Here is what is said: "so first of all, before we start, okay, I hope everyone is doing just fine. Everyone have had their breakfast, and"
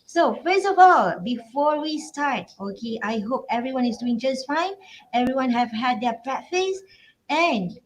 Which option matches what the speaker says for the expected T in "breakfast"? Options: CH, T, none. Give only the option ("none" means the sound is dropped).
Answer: none